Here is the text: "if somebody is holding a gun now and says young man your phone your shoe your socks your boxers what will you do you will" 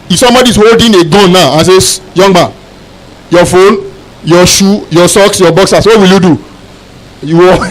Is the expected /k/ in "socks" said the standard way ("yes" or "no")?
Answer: yes